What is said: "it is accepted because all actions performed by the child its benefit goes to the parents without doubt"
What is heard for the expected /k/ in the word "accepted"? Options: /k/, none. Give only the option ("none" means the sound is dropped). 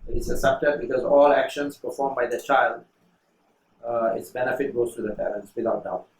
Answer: none